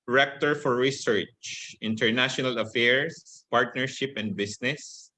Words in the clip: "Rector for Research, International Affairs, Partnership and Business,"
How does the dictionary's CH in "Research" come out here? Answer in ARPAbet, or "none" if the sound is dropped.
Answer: CH